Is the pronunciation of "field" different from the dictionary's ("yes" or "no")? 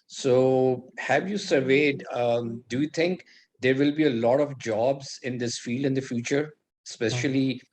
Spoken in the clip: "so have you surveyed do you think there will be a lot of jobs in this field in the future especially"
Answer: no